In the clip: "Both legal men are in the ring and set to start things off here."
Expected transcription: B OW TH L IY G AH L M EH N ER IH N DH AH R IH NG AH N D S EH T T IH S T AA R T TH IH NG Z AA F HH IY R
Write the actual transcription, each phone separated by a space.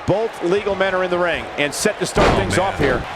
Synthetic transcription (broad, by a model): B OW TH L IY G L M EH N ER IH N DH AH R IH NG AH N S EH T T IH S T AA R T TH IH NG Z AA F HH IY R